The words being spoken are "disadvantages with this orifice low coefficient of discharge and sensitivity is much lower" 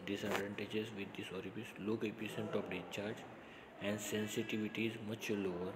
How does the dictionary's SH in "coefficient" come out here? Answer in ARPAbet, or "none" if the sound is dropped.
S